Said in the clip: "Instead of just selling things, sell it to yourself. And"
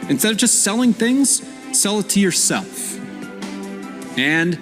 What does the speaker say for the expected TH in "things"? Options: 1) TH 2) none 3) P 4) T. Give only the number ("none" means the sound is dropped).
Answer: 1